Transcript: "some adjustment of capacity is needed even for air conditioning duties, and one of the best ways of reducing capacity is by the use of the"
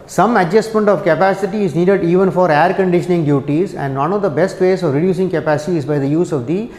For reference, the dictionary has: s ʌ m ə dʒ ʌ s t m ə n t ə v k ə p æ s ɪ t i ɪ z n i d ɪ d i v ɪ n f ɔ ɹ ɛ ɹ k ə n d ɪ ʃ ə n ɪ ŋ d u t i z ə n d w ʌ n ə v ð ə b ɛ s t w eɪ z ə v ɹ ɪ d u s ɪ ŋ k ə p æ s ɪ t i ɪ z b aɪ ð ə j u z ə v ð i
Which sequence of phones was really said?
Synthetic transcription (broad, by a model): s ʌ m ə dʒ ʌ s t m ə n t ə v k ə p æ s ɪ t i ɪ z n i d ɪ d i v ɪ n f ɔ ɹ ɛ ɹ k ə n d ɪ ʃ ə n ɪ ŋ d u t i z ə n d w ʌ n ə v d ə b ɛ s t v eɪ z ə v ɹ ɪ d u s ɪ ŋ k ə p æ s ɪ t i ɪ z b aɪ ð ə j u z ə v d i